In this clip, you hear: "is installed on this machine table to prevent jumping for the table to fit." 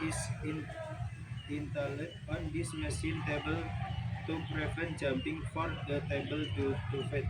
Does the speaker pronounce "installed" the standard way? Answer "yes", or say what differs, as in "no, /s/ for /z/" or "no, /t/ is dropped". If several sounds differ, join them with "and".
no, /s/ is dropped